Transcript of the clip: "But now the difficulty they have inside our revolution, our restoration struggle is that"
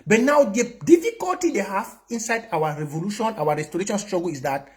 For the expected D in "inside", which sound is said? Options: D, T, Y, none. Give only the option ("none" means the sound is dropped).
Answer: D